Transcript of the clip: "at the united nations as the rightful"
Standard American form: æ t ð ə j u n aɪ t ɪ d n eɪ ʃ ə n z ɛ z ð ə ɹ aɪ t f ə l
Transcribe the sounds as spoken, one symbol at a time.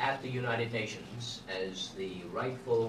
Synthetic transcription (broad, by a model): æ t ð ə j u n aɪ t ɪ d n eɪ ʃ ə n z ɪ z ð ə ɹ aɪ t f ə l